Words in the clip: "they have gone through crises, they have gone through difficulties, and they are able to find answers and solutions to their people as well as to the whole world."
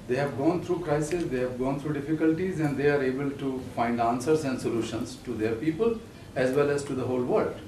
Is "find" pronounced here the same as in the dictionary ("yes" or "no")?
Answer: yes